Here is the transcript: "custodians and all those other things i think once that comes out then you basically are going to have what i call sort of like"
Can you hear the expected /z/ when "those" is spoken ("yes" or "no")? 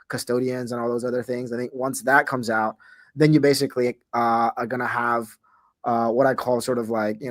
yes